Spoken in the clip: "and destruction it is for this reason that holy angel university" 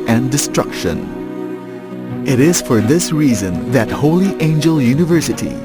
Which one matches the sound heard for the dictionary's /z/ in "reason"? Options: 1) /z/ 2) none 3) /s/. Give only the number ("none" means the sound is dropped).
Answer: 1